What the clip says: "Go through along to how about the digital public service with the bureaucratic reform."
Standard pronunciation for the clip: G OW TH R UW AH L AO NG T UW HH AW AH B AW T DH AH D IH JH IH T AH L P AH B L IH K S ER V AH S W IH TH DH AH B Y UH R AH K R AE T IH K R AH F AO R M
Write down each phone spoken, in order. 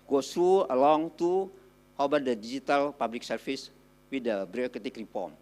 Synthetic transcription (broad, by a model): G OW T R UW AH L AO NG T UW HH AW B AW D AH D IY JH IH T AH L P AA B L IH K S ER F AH S W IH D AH B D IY AH K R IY T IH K R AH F AO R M